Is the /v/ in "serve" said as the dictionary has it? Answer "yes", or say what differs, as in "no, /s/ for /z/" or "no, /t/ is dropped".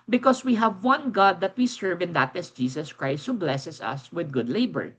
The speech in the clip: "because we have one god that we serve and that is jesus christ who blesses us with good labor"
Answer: yes